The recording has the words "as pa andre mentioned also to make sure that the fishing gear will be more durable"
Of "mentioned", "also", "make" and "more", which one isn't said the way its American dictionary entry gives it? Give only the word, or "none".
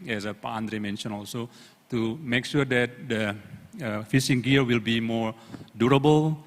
mentioned